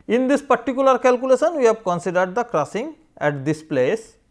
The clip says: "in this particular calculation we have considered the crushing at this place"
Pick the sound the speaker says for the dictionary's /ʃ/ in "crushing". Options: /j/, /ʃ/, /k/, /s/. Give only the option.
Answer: /s/